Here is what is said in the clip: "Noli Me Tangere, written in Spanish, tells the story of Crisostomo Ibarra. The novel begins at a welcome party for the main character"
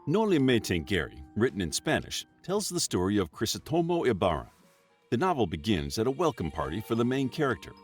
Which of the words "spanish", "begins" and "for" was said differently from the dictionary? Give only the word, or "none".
none